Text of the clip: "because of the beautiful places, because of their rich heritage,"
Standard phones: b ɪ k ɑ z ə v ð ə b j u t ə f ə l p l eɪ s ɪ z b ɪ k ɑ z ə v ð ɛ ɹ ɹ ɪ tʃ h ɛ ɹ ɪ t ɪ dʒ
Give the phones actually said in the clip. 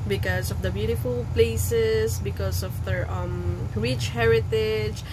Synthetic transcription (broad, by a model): b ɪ k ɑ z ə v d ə b j u t ə f ə l p l eɪ s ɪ s b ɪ k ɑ s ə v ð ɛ ɹ ɹ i tʃ h ɛ ɹ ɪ t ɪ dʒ